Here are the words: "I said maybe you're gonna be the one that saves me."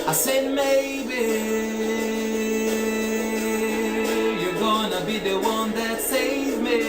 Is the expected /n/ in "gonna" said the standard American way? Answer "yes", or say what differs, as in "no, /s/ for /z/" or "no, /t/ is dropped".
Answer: yes